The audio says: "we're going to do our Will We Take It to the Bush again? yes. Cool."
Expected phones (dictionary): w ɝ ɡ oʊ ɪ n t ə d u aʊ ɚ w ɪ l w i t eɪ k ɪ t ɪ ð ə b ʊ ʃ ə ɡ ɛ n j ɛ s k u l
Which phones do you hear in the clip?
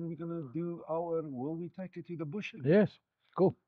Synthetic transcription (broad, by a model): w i ɡ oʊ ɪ n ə d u aʊ ɚ w ɪ l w i t eɪ k ɪ t ɪ ð ə b ʊ ʃ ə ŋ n j ɛ s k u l